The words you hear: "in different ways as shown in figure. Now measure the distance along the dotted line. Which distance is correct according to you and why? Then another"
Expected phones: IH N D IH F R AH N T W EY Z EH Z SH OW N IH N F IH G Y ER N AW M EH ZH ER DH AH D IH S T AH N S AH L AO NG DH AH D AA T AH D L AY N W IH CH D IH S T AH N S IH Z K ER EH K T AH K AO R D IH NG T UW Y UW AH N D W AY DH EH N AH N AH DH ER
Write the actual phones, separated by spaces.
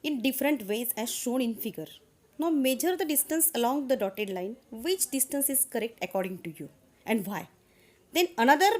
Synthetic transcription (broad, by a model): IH N D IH F R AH N T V EY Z EH Z SH OW N IH N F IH G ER N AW M EH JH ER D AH D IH S T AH N S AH L AO NG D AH D AA T AH D L AY N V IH CH D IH S T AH N S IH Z K ER EH K T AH K AO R D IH NG T UW Y UW AH N D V AY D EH N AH N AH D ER